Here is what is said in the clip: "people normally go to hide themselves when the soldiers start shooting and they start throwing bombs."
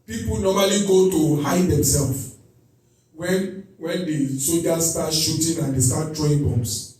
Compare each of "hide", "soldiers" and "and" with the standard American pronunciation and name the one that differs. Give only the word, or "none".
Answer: soldiers